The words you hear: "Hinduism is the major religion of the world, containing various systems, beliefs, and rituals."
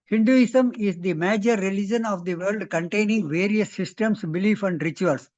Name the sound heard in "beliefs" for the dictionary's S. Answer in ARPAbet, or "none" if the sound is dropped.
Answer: none